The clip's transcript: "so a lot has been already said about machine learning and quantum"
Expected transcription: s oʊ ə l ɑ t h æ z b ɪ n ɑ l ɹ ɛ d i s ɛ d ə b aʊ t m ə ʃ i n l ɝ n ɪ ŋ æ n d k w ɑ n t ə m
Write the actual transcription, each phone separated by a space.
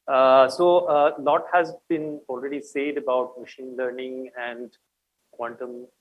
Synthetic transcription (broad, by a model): s oʊ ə l ɑ t h æ z b ɪ n ɑ l ɹ ɛ d i s ɛ d ə b aʊ t m ə ʃ i n l ɝ n ɪ ŋ æ n d k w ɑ n t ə m